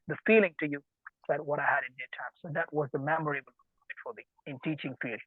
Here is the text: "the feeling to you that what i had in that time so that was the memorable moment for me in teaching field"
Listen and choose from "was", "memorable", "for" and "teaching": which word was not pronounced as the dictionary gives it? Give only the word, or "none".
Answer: memorable